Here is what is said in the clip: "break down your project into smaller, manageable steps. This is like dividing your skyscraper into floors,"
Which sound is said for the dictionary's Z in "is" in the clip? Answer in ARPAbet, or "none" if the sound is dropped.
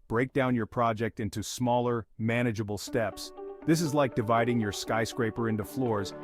Z